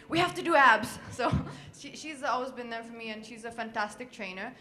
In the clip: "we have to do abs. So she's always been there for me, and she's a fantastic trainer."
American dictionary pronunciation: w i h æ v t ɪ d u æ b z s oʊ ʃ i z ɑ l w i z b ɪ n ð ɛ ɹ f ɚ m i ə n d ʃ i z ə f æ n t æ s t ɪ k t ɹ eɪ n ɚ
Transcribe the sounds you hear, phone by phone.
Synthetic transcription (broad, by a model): w i h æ f t ɪ d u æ b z s oʊ ʃ i z ɑ l w i z b ɪ n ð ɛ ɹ f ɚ m i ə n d ʃ i z ə f æ n t æ s t ɪ k t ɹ eɪ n ɚ